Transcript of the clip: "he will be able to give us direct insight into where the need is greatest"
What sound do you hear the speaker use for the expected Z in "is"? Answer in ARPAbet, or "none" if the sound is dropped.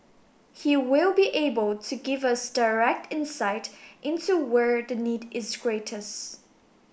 Z